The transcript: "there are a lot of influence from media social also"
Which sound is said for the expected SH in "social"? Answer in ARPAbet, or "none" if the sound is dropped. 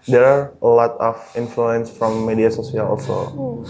S